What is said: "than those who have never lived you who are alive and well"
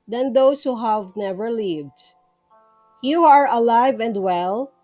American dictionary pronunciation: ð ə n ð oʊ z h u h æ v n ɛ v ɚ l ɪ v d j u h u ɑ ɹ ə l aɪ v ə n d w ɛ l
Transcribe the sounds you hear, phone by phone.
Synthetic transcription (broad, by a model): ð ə n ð oʊ s h u h æ v n ɛ v ɚ l ɪ v d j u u ɑ ɹ ə l aɪ v ə n d w ɛ l